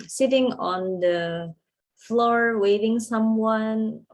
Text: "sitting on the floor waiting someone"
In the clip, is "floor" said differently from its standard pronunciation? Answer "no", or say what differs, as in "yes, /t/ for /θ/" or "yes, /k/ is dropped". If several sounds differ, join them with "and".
no